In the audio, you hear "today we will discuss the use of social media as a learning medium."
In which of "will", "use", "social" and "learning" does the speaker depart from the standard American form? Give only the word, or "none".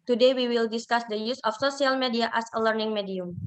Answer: social